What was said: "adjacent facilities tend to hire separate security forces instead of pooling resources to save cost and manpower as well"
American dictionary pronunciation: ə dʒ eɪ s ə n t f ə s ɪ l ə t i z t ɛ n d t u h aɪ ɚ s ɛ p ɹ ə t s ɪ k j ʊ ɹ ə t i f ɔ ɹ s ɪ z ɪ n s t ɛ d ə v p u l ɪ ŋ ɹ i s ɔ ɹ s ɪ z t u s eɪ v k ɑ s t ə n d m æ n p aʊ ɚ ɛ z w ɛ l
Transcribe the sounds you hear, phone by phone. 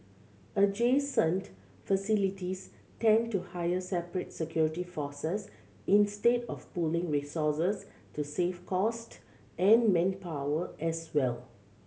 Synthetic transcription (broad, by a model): ə dʒ eɪ s ə n t f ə s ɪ l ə t i s t ɛ n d t u h aɪ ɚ s ɛ p ɹ ə t s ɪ k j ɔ ɹ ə t i f ɔ s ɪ s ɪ n s t ɛ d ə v p u l ɪ ŋ ɹ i s ɔ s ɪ s t u s eɪ f k ɑ s t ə n m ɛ n p aʊ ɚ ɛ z w ɛ l